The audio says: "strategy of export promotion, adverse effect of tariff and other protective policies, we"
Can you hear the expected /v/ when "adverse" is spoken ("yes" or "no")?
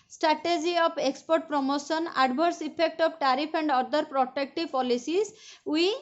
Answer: no